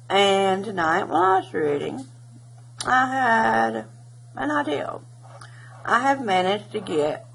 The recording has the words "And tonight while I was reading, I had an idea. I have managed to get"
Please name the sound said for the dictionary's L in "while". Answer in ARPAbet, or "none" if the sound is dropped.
N